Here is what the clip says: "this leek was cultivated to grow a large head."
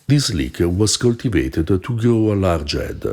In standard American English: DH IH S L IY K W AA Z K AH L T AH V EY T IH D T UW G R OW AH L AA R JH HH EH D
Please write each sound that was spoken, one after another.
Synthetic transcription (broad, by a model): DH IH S L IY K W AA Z K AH L T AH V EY T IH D T UW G OW AH L AA R JH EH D